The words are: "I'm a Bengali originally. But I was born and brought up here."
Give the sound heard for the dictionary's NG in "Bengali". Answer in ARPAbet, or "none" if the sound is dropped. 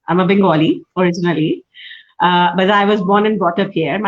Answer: none